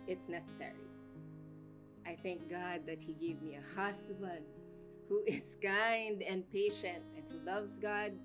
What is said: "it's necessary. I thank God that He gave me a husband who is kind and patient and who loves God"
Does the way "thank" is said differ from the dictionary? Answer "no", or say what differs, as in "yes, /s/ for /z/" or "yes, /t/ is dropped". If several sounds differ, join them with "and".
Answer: no